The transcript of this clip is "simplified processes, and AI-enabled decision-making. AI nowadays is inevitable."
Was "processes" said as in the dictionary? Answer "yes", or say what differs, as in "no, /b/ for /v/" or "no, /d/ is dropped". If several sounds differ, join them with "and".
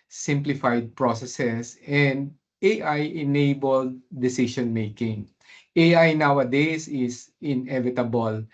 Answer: no, /s/ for /z/